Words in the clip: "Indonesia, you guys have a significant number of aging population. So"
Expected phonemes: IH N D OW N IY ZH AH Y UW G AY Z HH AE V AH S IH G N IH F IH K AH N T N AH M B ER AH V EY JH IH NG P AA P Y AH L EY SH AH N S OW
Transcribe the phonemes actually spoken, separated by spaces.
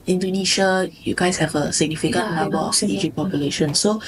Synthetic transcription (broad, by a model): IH N D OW N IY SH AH Y UW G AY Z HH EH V AH S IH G N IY F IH K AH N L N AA B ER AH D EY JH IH P AA P Y AH L EY SH AH N S OW